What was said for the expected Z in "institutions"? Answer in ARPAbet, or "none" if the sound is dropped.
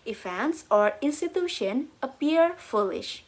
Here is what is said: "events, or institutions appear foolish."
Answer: none